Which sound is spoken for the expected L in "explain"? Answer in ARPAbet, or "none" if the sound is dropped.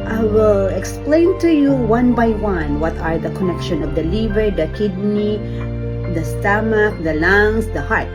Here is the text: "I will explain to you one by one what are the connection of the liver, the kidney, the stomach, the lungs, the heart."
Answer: L